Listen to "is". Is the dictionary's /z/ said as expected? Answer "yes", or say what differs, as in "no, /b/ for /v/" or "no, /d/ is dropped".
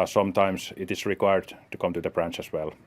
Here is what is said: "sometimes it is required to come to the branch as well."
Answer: no, /s/ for /z/